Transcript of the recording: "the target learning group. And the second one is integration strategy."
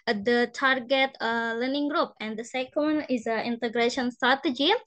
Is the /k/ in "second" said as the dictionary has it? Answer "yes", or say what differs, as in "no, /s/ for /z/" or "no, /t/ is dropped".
no, /k/ is dropped